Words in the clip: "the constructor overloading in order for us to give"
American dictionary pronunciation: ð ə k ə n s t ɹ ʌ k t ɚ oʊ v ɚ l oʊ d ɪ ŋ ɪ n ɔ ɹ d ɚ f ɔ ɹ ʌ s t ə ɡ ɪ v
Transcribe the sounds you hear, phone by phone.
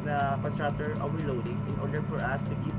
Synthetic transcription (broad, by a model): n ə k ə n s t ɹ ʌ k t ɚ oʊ w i l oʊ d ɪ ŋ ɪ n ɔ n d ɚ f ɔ ɹ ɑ s t ə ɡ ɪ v